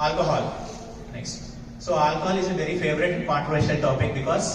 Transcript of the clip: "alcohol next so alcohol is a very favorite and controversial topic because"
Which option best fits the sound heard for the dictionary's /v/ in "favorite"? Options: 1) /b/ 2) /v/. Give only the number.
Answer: 2